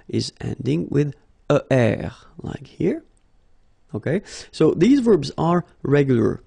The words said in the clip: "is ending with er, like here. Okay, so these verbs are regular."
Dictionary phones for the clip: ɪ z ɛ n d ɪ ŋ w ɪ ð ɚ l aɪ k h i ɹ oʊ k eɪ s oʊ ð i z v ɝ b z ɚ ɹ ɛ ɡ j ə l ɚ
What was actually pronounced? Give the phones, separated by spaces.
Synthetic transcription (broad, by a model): ɪ z ɛ n d ɪ ŋ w ɪ ð ɚ l aɪ k h i ɹ oʊ k eɪ s oʊ ð i z v ɝ b z ɚ ɹ ɛ ɡ j l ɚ